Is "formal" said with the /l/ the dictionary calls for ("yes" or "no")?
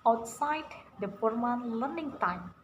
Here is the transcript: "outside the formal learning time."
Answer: no